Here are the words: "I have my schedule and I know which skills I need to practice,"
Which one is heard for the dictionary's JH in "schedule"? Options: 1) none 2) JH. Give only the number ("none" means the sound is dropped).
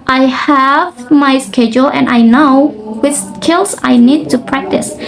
2